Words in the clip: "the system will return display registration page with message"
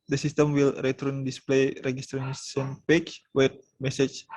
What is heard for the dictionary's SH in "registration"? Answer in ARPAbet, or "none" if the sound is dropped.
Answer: S